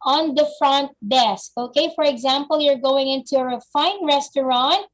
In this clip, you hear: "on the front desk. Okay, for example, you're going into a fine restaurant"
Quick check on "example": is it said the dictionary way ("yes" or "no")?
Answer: yes